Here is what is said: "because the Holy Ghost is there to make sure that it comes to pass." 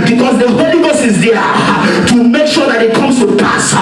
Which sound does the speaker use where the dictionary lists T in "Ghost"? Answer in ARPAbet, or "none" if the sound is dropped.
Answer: none